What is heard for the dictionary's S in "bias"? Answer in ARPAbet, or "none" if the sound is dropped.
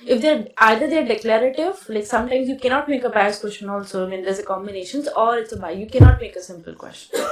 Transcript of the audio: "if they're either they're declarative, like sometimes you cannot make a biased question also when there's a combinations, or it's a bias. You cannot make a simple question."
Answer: none